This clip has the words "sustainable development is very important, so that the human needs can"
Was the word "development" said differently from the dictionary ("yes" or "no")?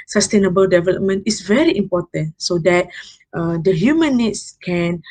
no